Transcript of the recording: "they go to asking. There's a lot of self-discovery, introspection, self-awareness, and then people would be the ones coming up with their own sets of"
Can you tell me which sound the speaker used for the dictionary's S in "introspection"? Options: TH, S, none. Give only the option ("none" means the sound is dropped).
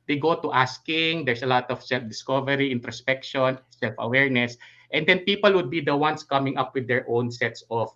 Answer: S